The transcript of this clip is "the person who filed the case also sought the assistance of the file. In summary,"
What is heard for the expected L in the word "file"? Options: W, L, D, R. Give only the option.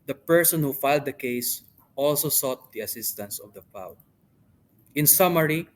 W